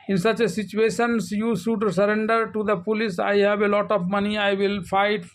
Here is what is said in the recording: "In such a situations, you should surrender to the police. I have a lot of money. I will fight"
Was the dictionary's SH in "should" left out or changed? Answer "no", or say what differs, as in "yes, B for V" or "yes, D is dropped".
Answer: yes, S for SH